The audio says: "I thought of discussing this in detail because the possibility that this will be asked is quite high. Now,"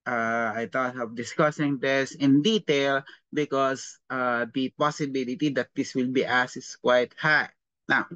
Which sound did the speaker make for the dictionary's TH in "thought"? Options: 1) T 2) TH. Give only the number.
1